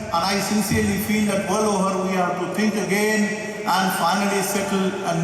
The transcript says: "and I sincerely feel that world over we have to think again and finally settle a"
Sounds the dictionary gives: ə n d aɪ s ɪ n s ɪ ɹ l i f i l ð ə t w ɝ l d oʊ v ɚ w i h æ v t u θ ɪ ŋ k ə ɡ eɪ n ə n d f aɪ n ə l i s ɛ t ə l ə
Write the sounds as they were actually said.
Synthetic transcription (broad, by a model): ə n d aɪ s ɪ n s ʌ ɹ l i f i l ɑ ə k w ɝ l oʊ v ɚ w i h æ t u t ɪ ŋ k ə ɡ eɪ n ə n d f aɪ n ə l i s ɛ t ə l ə